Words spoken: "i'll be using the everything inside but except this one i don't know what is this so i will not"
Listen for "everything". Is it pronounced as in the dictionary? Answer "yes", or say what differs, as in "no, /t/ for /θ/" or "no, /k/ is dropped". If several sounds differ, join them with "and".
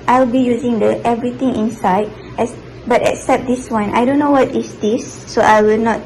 no, /t/ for /θ/